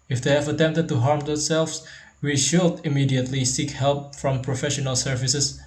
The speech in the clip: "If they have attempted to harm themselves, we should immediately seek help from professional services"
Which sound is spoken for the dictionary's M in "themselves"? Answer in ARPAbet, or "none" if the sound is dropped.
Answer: none